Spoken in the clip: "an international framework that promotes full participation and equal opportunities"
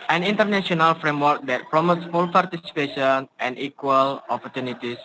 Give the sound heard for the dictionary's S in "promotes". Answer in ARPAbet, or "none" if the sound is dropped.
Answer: S